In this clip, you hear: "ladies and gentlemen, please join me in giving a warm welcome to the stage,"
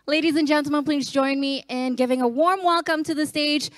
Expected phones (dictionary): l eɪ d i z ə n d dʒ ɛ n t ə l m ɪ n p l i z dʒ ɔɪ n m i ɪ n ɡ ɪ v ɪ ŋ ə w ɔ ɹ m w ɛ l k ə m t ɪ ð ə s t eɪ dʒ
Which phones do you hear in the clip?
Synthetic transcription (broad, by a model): l eɪ d i z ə n dʒ ɛ n t l m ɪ n p l i z dʒ ɔɪ n m i ɪ n ɡ ɪ v ɪ ŋ ə w ɔ ɹ m w ɛ l k ə m t ɪ ð ə s t eɪ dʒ